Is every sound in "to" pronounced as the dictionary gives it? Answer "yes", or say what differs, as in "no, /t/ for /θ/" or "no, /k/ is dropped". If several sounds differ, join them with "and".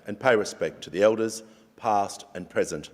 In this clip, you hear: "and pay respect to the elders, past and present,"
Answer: yes